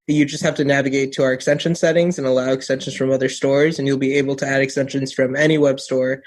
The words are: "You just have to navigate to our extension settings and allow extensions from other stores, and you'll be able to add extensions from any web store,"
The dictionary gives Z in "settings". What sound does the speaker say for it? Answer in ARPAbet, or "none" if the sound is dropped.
Z